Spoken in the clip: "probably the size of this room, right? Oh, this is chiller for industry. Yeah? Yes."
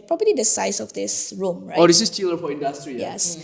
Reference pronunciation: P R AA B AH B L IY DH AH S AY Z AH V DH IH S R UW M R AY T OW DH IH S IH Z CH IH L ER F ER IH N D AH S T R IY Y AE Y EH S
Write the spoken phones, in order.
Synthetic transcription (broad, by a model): P R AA B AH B L IY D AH S AY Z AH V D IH S R UW M R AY OW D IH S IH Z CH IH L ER F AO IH N D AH S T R IY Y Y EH S